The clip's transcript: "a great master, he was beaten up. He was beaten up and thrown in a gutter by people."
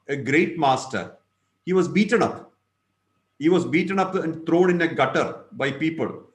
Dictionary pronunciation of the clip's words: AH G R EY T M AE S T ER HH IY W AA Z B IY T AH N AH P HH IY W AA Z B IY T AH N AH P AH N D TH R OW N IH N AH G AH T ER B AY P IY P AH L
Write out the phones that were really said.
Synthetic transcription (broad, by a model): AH G R EY T M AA S T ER HH IY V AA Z B IY T AH N AH P HH IY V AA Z B IY T AH N AH P AH N D T R OW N IH N AH G AH T ER B AY P IY P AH L